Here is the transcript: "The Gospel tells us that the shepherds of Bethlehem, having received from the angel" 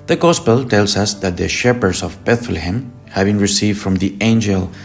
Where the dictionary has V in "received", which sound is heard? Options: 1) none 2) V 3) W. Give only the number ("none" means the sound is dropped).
2